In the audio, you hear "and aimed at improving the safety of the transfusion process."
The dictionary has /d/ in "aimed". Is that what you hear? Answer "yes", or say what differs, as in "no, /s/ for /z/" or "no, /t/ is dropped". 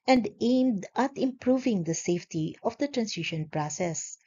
yes